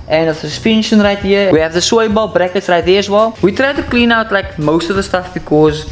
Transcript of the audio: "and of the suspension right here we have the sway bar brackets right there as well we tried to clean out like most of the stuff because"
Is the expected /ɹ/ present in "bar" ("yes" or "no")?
no